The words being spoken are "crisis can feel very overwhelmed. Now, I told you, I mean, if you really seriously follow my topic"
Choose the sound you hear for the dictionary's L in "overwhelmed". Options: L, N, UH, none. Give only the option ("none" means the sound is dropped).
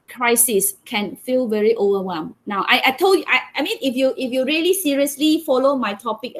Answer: none